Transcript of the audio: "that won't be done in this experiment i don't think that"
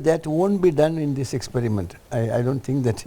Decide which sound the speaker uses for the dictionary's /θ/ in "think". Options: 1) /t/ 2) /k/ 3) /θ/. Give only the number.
1